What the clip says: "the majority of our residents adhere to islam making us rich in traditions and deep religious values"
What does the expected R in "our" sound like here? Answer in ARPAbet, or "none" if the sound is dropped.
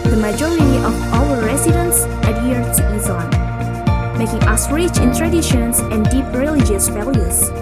L